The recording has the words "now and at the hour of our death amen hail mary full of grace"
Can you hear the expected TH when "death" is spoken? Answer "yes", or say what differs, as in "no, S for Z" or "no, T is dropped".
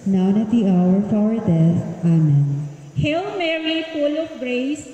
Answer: no, S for TH